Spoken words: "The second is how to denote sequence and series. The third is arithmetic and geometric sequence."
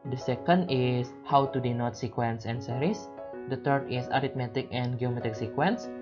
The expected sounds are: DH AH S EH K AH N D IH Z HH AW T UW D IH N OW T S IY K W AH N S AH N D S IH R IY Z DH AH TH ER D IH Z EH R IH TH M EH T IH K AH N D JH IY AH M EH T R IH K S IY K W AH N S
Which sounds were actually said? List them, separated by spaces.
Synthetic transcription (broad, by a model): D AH S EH K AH N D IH S HH AW T UW D IH N OW T S IY K W AH N S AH N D S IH R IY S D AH T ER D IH S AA R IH T M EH T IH K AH N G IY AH M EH T IH K S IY K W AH N S